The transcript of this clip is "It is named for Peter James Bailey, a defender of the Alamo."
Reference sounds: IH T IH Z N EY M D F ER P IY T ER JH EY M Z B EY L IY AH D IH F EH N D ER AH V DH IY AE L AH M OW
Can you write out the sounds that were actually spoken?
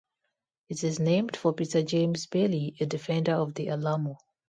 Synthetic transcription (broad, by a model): IH T IH Z N EY M D F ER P IY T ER JH EY M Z B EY L IY AH D IH F EH N D ER AH V DH IY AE L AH M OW